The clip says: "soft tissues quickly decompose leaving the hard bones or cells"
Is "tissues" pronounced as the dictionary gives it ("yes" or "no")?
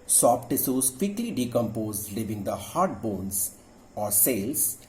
no